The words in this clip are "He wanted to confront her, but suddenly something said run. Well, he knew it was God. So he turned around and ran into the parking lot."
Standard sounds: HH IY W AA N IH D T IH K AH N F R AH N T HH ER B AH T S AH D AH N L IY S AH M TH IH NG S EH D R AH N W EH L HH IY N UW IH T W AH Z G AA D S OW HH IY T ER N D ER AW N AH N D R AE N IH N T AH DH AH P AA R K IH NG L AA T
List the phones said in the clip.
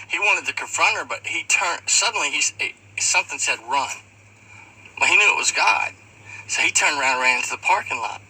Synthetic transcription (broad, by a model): HH IY W AA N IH D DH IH K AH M F R AH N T ER B AH T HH AH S AH N L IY S AH M TH IH NG S EH D R AH N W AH HH IY N UW IH T W AH Z G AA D S OW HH IY T ER N D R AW AH N D R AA IH N T AH DH AH P AA R K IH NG L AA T